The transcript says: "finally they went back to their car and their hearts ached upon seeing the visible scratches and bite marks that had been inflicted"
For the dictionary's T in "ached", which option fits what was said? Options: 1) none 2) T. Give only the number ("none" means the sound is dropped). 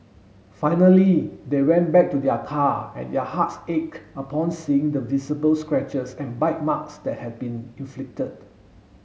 1